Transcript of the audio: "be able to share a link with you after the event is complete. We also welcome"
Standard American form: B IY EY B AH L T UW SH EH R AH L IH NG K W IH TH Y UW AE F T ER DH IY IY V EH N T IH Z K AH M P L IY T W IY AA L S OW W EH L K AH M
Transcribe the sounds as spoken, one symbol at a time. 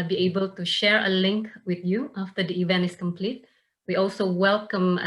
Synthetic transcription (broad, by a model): B IY EY B AH L T UW SH EH R AH L IH NG K W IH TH Y UW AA F T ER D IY IY V EH N T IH S K AH M P L IY T W IY AA L S OW W EH L K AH M